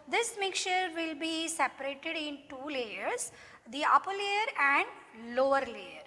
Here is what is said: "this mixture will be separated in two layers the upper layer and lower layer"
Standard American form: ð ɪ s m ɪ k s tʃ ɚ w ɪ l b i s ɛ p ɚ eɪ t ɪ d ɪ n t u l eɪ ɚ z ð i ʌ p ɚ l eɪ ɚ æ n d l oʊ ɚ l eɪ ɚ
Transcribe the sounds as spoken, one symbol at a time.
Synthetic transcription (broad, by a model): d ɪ s m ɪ k tʃ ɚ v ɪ l b i s ɛ p ɚ eɪ t ɪ d ɪ n t u l eɪ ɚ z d i ʌ p ɚ l eɪ ɚ æ n d l oʊ ɚ l eɪ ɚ